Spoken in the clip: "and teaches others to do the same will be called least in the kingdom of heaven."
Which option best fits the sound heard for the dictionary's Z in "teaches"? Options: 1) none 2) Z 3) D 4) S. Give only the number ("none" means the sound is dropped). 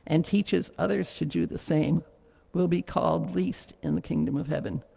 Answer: 2